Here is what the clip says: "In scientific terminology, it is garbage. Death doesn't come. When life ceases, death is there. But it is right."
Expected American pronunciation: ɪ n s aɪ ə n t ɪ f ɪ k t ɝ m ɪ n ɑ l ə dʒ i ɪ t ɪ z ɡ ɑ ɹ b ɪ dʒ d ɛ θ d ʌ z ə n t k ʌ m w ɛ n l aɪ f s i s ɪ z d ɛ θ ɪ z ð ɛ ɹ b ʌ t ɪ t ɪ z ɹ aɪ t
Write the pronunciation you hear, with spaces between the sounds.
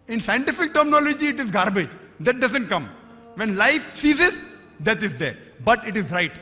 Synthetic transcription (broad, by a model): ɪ n s aɪ ə n t ɪ f ɪ k t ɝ m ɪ n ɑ l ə dʒ i ɪ t ɪ z ɡ ɑ ɹ b ɪ dʒ d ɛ t d ʌ z ə n t k ʌ m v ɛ n l aɪ f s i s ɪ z d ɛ t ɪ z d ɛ ɹ b ʌ t ɪ t ɪ z ɹ aɪ t